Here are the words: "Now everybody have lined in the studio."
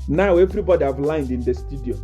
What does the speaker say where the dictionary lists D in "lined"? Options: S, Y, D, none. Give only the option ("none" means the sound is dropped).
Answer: D